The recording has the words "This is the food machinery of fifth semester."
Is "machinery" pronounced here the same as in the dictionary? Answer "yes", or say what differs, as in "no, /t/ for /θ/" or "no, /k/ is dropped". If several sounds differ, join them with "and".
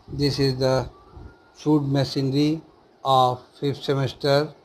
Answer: no, /s/ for /ʃ/